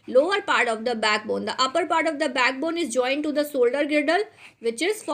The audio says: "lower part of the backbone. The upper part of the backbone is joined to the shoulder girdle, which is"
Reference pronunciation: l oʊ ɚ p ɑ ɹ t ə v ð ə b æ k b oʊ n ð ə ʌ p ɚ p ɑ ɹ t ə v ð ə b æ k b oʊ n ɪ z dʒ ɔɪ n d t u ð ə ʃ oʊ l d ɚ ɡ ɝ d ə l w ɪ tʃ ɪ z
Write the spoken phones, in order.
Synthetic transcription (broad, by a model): l oʊ ɚ p ɑ ɹ t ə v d ə b æ k b oʊ n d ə ʌ p ɚ p ɑ ɹ t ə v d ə b æ k b oʊ n ɪ z dʒ ɔɪ n d t u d ə s oʊ l d ɚ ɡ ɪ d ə l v ɪ tʃ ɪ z